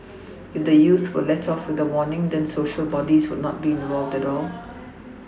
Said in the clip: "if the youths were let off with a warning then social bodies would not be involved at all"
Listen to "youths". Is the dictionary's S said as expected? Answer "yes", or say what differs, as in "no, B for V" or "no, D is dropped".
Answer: no, S is dropped